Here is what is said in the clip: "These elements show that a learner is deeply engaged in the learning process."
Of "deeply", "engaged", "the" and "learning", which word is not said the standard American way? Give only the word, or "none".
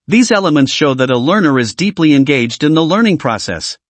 none